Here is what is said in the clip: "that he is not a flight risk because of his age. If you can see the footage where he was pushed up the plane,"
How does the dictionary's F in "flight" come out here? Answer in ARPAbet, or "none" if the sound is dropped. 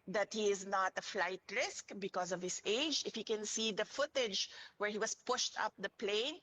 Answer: F